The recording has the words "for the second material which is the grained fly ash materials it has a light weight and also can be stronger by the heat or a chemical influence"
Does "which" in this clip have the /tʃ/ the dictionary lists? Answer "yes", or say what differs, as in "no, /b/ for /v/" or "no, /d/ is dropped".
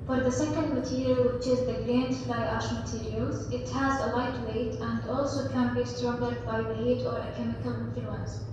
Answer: yes